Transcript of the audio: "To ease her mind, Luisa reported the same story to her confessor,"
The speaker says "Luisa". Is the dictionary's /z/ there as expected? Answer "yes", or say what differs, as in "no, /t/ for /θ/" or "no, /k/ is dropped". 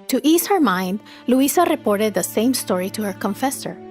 no, /s/ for /z/